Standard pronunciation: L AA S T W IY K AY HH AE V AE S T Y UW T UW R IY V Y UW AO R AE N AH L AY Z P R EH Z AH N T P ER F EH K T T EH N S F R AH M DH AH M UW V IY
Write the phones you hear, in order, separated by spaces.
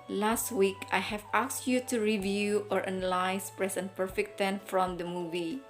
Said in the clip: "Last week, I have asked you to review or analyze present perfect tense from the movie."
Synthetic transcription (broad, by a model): L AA S T W IY K AY HH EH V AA S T Y UW T UW R IY V Y UW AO R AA N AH L AY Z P R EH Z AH N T P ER F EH K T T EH N F R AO M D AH M UW V IY